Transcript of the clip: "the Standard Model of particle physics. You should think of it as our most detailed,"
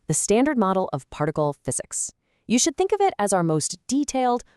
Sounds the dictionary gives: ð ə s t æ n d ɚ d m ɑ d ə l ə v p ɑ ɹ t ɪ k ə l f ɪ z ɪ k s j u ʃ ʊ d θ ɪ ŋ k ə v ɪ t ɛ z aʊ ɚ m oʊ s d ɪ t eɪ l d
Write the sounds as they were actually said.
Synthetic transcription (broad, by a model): ð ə s t æ n d ɚ d m ɑ d l ə v p ɑ ɹ t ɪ k l f ɪ z ɪ k s j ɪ ʃ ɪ d θ ɪ ŋ k ə v ɪ t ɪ z aʊ ɚ m oʊ s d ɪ t eɪ l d